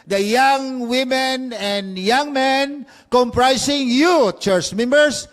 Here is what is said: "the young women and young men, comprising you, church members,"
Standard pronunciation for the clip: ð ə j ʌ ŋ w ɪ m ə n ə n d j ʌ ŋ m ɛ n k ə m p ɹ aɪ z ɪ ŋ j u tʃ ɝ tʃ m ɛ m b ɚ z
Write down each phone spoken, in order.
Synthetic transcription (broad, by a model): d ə j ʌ ŋ w ɪ m ə n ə n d j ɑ ŋ m ɛ n k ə m p ɹ aɪ s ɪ ŋ j u tʃ ɝ tʃ m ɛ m b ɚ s